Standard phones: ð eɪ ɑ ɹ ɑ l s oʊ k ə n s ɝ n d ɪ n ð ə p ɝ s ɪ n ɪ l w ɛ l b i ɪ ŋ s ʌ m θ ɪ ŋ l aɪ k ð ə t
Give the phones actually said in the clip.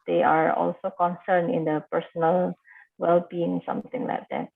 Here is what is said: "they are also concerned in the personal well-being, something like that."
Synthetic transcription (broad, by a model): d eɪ ɑ ɹ ɑ l s oʊ k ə n s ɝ n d ɪ n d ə p ɝ s ɪ n ɪ l w ɛ l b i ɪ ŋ s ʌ m t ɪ ŋ l aɪ k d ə t